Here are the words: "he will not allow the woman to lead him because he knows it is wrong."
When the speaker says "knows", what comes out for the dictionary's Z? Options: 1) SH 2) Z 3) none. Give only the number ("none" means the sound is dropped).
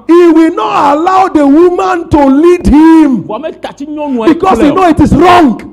3